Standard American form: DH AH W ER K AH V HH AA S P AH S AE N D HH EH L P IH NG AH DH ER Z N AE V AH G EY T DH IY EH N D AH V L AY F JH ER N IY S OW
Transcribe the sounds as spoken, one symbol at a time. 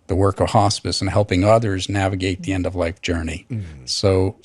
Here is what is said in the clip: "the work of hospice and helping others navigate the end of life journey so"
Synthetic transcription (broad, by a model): DH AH W ER K AH V HH AA S P AH S N HH EH L P IH NG AH DH ER Z N AE V AH G EY T DH IY EH N D AH V L AY F JH ER N IY S OW